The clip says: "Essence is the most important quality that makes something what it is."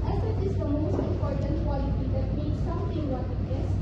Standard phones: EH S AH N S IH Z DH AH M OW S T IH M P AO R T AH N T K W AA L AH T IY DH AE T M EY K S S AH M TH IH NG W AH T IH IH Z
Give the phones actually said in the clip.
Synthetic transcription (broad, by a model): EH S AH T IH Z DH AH M OW S T IH M P AO R T AH N T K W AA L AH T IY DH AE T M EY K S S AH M T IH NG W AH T IH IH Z